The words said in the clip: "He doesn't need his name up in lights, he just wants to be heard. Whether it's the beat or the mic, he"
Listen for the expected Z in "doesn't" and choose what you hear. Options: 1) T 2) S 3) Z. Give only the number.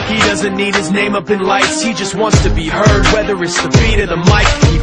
3